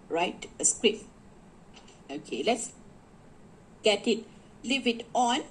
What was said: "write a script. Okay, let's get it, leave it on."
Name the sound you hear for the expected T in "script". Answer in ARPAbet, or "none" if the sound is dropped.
none